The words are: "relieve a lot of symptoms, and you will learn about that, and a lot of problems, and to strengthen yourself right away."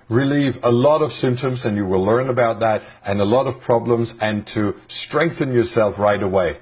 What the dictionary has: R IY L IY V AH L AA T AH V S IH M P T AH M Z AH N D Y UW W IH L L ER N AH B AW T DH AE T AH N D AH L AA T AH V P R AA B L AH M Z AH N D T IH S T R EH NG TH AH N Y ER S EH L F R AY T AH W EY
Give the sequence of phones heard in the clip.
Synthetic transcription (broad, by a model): R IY L IY V AH L AA T AH V S IH M P T AH M Z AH N Y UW W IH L L ER N AH B AW T DH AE T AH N AH L AA T AH V P R AA B L AH M Z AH N T IH S T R EH NG TH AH N Y ER S EH L F R AY T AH W EY